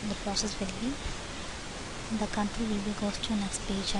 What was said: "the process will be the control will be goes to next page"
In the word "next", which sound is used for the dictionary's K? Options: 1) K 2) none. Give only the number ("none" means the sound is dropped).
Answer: 1